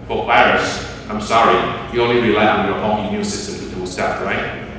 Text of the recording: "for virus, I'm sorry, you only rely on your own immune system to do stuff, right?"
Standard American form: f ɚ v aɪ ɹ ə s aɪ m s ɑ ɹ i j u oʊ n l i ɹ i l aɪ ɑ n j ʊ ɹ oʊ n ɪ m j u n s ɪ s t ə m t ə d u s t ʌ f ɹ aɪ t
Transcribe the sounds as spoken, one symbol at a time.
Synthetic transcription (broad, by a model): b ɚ p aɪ ɹ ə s aɪ m s ɑ ɹ i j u oʊ n l i ɹ i l aɪ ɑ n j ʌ ɹ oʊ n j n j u s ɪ s t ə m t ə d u s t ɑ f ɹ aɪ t